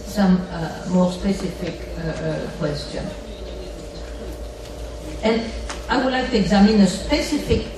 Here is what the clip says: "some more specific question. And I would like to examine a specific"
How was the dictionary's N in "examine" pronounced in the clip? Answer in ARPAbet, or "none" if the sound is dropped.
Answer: N